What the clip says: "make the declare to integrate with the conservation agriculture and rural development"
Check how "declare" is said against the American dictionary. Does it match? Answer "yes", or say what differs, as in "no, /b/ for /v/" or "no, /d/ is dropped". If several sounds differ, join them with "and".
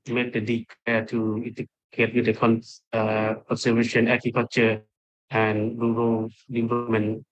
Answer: no, /l/ is dropped